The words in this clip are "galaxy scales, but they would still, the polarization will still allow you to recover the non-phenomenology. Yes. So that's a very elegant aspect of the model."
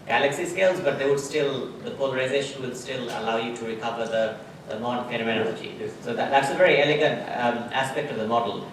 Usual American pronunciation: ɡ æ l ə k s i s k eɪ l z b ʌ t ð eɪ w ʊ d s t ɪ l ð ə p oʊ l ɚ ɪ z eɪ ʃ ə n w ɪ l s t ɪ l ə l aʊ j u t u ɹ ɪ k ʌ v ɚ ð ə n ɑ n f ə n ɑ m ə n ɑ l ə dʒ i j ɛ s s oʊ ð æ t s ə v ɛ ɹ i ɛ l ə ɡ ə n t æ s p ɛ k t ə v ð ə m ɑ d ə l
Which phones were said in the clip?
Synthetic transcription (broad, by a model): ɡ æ l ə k s i s k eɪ l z b ʌ t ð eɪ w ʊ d s t ɪ l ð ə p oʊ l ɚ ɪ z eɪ ʃ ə n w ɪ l s t ɪ l ə l aʊ j u t u ɹ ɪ k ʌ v ɚ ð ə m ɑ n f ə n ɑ m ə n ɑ l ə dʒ i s s oʊ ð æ t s ə v ɛ ɹ i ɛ l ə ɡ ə n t æ s p ɛ k t ə v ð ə m ɑ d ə l